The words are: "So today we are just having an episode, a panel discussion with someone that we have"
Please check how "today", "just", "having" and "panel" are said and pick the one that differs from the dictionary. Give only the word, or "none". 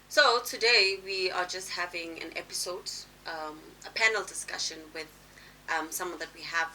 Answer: none